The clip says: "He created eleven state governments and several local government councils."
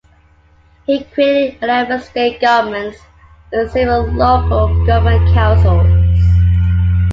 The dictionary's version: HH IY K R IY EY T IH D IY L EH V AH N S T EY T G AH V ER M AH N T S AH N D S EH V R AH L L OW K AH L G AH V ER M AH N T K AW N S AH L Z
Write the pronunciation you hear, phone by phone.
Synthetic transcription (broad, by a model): HH IY K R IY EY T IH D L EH B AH S T EY T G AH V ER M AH N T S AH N S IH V AH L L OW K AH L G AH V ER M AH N K AW N S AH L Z